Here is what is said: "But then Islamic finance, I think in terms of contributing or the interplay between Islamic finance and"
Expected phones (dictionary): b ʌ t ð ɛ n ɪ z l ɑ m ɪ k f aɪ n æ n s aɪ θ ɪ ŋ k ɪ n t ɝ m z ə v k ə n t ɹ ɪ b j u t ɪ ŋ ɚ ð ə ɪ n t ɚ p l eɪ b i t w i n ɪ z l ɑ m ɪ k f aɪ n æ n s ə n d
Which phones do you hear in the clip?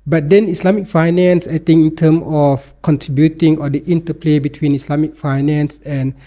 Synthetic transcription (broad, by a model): b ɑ t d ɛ n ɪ s l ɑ m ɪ k f aɪ n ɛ n s aɪ t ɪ ŋ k ɪ n t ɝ m ə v k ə n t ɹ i b j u t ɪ ŋ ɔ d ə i n t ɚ p l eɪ b i t w i n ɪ s l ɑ m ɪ k f aɪ n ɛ n s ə n